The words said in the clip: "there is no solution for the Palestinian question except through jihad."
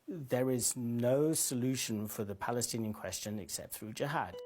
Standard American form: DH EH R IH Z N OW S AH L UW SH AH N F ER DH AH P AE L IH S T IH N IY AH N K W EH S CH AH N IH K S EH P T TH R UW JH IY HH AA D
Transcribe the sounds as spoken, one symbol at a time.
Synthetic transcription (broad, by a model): DH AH R IH Z N OW S AH L UW SH AH N F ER DH AH P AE L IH S T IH N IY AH N K W EH S CH AH N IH K S EH P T TH R UW JH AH HH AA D